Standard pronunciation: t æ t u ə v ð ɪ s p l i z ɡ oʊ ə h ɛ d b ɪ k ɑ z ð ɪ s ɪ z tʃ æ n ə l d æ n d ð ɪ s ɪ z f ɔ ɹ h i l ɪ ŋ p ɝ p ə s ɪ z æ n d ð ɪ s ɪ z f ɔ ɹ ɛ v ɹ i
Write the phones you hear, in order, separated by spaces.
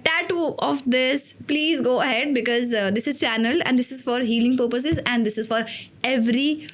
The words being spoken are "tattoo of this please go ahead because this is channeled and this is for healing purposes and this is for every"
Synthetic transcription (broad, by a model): t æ t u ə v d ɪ s p l i z ɡ oʊ ə h ɛ d b ɪ k ɑ z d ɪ s ɪ z tʃ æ n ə l æ n d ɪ s ɪ z f ɔ ɹ h i l ɪ ŋ p ɝ p ə s ɪ z æ n d ɪ s ɪ z f ɔ ɹ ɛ v ɹ i